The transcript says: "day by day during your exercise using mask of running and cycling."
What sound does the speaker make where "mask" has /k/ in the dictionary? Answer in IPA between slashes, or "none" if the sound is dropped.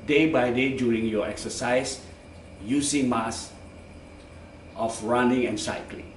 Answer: none